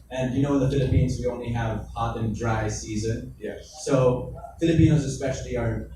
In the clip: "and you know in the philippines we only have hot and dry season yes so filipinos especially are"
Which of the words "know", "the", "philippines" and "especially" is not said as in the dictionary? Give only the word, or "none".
none